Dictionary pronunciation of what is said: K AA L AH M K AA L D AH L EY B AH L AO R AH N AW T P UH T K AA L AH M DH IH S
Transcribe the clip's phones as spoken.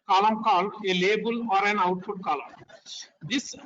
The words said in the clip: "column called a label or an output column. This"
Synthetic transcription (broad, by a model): K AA L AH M K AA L AH L EY B AH L AO R AH N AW T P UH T K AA L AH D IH S